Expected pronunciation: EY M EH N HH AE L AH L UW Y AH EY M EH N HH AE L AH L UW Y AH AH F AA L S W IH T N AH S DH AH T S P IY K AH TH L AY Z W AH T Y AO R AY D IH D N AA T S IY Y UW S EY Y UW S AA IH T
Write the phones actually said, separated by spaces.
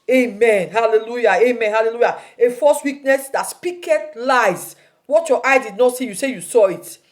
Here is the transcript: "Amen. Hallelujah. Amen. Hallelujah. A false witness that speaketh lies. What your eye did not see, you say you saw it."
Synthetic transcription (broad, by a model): EY M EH N HH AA L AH L UW Y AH EY M EH N HH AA L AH L UW Y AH AH F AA S W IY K N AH S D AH T S P IY K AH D L AY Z W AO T Y AO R AY D IH D N AA T S IY Y UW S EY Y UW S AA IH T